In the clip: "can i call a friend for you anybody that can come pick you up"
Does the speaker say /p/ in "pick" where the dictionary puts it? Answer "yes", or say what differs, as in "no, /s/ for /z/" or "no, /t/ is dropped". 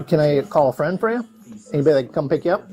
yes